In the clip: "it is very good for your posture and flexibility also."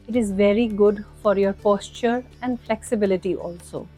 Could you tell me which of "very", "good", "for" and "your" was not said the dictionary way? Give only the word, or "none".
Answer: none